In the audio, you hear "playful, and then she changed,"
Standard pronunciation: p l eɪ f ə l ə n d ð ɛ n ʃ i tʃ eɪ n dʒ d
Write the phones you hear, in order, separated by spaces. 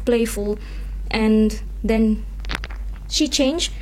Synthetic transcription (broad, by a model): p l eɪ f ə l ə n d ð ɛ n ʃ i tʃ eɪ n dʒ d